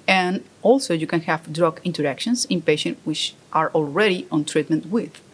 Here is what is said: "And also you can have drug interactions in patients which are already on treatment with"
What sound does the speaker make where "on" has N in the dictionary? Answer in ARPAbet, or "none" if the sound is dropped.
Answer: N